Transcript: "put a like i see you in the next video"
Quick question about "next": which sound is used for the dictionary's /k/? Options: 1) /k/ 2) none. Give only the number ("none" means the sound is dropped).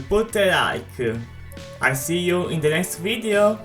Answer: 1